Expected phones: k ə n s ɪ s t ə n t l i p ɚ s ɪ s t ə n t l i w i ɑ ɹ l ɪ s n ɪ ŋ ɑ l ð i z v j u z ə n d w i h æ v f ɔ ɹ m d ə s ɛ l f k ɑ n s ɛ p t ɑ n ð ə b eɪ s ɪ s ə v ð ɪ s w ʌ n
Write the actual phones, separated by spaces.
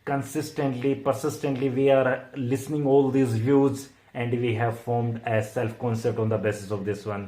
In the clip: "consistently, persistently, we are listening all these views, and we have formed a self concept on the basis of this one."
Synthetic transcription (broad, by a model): k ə n s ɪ s t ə n t l i p ɚ s ɪ s t ə n t l i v i ɑ ɹ l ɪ s n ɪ ŋ ɑ l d i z v j u z ə n d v i h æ v f ɔ ɹ m d ə s ɛ l f k ɑ n s ɛ p t ɑ n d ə b eɪ s ɪ s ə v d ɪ s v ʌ n